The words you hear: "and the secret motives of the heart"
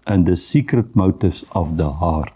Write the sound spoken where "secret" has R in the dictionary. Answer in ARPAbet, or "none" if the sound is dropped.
R